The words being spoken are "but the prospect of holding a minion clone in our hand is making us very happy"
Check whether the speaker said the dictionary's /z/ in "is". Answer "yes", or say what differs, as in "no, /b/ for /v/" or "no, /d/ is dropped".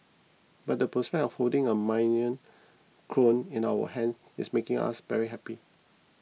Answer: no, /s/ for /z/